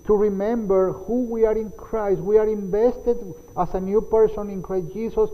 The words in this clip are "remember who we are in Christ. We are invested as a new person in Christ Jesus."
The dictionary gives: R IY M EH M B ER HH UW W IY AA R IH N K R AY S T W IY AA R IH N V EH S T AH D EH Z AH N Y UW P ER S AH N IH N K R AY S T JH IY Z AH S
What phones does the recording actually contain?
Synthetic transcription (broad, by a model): R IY M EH M B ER HH UW W IY AA R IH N K R AY S T W IY AA R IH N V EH S T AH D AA S AH N Y UW P ER S AH N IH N K R AY S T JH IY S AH S